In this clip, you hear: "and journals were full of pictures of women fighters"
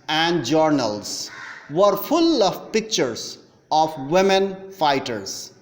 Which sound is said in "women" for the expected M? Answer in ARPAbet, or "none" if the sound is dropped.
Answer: M